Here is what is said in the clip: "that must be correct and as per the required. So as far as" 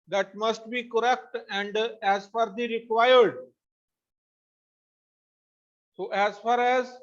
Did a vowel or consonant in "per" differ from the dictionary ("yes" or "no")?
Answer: yes